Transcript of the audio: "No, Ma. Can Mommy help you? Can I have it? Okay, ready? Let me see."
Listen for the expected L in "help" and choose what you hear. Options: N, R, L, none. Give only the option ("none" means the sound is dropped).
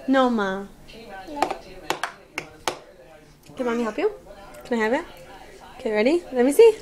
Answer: none